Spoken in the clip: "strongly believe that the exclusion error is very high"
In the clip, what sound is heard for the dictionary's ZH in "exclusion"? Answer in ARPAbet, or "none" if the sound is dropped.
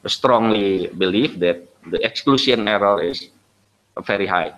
S